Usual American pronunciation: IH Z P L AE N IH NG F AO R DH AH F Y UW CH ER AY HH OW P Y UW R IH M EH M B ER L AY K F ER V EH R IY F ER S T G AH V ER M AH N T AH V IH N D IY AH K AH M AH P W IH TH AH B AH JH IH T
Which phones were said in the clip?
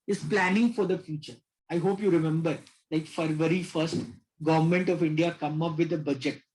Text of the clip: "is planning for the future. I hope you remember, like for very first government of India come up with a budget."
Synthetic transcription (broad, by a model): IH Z P L AE N IH NG F AO R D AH F Y UW CH ER AY HH OW P Y UW R IH M EH M B ER L AY K F ER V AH R IY F ER S T G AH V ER M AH N T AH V IH N D IY AH K AH M AH P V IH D AH B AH JH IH T